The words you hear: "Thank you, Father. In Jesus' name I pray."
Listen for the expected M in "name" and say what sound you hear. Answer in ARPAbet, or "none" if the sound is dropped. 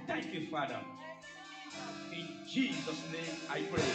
none